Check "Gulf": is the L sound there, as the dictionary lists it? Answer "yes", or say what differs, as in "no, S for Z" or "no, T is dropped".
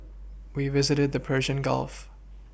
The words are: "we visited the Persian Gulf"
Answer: yes